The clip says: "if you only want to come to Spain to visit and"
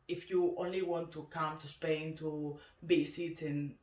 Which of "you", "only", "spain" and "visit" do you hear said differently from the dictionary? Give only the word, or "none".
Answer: visit